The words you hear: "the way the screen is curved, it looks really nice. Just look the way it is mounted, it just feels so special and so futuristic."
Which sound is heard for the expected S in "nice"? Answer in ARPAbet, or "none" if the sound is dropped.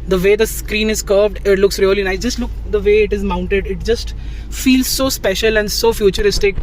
none